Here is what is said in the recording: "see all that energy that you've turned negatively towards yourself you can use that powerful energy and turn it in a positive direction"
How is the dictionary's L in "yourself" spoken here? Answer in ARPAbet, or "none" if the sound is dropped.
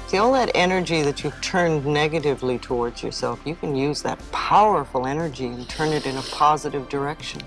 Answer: L